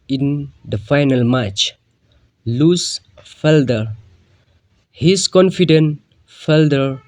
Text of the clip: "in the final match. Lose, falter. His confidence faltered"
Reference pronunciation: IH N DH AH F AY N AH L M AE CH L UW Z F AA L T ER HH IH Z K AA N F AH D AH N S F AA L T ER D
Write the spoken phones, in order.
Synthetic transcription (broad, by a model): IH N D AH F AY N AH L M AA CH L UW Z F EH L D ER HH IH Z K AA N F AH D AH N F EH L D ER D